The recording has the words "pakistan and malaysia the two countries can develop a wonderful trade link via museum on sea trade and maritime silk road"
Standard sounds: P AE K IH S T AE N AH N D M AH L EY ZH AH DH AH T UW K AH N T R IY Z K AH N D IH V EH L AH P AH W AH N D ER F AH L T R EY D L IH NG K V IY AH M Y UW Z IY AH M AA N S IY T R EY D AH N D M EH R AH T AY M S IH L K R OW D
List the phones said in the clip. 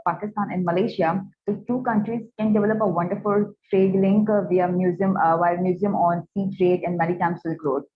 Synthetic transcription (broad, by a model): P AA K IH S T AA N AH N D M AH L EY SH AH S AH T UW K AH N T R IY Z K AH N D IH V EH L AH P AH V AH N D ER F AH L T R EY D L IH NG K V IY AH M Y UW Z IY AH M AA N S IY T R EY D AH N D M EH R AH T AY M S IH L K R OW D